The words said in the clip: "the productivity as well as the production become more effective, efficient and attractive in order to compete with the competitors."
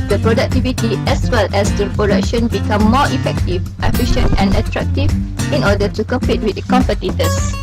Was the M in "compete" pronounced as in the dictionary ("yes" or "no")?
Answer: yes